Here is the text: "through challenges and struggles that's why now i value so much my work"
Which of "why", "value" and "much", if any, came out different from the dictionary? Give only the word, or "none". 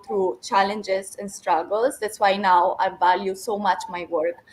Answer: none